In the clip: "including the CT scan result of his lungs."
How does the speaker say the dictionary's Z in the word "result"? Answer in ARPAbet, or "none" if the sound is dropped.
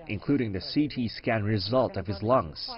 Z